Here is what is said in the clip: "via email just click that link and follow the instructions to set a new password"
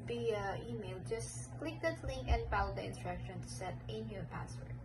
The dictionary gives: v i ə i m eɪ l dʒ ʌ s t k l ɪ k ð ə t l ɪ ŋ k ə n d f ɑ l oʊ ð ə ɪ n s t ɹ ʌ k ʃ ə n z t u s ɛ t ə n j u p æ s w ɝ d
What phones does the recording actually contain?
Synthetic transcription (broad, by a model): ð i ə i m eɪ l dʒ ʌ s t k l ɪ k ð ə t l ɪ ŋ k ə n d f ɑ l oʊ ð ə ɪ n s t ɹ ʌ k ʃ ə n t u s ɛ t ə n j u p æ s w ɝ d